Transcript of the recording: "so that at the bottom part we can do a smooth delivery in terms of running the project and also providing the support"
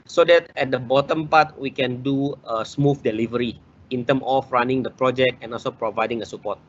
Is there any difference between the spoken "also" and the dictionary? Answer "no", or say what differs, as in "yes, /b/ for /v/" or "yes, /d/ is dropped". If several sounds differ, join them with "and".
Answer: no